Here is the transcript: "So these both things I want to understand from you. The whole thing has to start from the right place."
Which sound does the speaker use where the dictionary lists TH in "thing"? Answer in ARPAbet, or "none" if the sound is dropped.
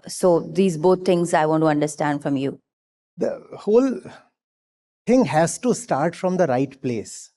T